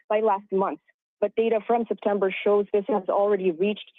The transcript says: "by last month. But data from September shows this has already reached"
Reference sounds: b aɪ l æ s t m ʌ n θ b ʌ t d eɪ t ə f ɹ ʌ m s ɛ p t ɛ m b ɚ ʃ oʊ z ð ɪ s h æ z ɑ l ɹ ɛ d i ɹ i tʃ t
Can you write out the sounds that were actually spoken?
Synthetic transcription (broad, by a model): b aɪ l æ s t m ʌ n θ b ʌ t d eɪ t ə f ɹ ʌ m s ɛ p t ɛ m b ɚ ʃ oʊ z ð ɪ s h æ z l ɹ ɛ d i ɹ i tʃ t